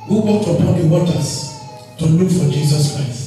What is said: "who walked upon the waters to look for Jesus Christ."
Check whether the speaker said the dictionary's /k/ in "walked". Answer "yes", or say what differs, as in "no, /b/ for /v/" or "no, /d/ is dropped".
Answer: no, /k/ is dropped